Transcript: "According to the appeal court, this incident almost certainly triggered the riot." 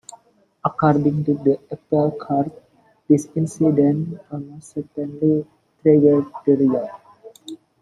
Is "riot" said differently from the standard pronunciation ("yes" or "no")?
yes